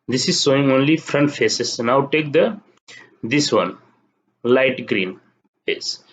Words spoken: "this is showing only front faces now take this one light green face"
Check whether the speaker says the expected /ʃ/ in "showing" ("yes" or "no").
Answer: no